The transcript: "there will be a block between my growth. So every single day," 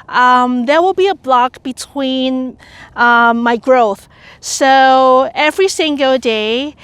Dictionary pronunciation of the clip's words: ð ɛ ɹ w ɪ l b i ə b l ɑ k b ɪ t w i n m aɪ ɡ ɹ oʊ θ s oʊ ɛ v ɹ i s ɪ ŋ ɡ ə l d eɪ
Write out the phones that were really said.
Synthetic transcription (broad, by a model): ð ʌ ɹ w ɪ l b i ə b l ɑ k b ɪ t w i n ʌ aɪ ɡ ɹ oʊ θ s oʊ ɛ v ɹ i s ɪ ŋ ɡ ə l d eɪ